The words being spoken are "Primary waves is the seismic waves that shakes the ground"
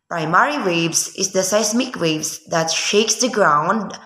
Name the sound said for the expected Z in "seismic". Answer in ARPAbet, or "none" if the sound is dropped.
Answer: S